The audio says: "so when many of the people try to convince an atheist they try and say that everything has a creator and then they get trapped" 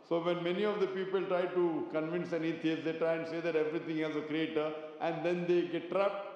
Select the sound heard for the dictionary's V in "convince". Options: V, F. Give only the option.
V